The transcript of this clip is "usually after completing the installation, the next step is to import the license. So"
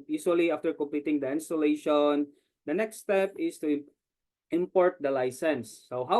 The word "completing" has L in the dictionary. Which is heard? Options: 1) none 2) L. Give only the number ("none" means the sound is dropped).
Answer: 2